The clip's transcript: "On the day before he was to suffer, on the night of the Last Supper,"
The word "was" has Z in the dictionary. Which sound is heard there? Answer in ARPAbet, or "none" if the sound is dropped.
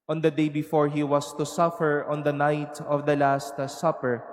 S